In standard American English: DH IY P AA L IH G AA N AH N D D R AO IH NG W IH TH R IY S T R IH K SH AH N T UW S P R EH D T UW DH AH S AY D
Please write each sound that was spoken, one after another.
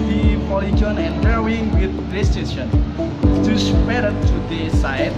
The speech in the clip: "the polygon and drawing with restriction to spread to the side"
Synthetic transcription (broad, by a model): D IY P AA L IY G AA N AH N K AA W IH NG W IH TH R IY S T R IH SH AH N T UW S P EH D T UW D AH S AY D